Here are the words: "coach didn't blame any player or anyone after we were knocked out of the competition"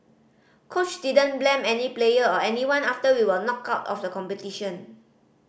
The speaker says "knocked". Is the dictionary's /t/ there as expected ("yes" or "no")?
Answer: no